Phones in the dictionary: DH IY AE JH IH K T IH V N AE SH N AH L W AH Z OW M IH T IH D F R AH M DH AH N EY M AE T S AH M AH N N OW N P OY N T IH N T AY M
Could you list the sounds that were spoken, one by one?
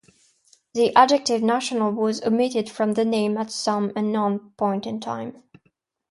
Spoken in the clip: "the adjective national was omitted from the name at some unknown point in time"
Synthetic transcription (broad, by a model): DH IY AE JH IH K T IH V N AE SH N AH L W AH Z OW M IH T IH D F R AH M DH AH N EY M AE T S AH M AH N N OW N P OY N T IH N T AY M